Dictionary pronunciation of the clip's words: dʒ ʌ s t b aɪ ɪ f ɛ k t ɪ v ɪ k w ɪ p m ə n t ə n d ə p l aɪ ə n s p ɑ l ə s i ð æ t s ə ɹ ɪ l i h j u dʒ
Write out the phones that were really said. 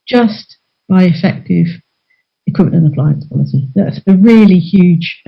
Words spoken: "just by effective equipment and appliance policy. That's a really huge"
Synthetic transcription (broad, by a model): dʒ ʌ s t b aɪ ɪ f ɛ k t ɪ v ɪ k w ɪ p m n ə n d ə p l aɪ ə n s p ɑ l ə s i ð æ t s ə ɹ ɪ l i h j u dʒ